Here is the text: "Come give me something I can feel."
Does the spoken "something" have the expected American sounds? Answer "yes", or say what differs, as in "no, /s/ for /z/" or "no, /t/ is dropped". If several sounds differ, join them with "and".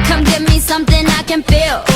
yes